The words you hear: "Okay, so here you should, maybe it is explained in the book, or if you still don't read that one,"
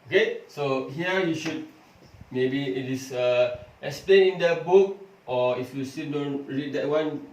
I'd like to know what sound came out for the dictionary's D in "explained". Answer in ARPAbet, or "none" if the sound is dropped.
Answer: none